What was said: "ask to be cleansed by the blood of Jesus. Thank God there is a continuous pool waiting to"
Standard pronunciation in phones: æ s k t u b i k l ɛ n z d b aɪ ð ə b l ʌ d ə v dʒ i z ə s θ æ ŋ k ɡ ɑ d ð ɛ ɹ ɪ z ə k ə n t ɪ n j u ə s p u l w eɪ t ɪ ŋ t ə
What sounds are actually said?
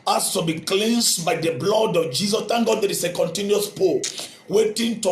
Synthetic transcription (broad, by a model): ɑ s t u b i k l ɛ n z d b aɪ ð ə b l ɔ d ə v dʒ i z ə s t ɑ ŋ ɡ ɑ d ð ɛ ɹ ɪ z ə k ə n t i n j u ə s p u w eɪ t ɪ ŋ t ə